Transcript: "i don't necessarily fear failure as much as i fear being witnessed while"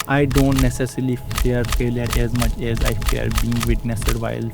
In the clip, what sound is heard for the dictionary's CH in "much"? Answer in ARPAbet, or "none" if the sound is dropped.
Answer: CH